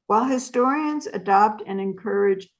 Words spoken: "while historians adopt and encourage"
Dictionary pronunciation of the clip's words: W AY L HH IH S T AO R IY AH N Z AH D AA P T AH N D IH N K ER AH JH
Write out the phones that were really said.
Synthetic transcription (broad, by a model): W AY L HH IH S T AO R IY AH N Z AH D AA P T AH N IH N K ER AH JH